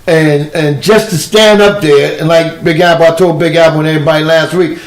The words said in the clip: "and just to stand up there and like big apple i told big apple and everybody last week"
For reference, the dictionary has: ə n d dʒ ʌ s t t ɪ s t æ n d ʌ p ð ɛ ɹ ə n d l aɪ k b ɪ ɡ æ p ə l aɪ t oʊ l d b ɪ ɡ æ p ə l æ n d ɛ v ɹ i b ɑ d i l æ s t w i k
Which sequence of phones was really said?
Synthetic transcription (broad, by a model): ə n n dʒ ʌ s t t ɪ s t æ n d ʌ p ð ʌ ɹ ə n l aɪ k b ɪ ɡ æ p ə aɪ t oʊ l b ɪ ɡ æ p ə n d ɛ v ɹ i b ɑ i l æ s t w i k